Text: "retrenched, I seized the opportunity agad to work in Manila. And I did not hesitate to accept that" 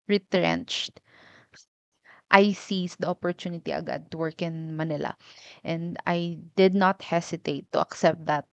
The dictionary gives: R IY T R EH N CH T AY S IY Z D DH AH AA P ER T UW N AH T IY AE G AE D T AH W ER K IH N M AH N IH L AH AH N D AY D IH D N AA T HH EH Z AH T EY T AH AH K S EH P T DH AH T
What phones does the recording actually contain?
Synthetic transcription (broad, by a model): R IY T R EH N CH T AY S IY S D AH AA P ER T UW N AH T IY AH G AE D T AH W ER K IH N M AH N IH L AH AH N D AY D IH D N AA T HH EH S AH T EY T AH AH K S EH P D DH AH T